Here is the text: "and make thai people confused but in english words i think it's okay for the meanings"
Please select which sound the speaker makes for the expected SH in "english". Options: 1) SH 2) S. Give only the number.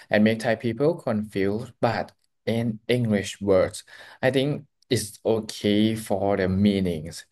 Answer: 1